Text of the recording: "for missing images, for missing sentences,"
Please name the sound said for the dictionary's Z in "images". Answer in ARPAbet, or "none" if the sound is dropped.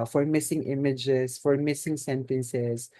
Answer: S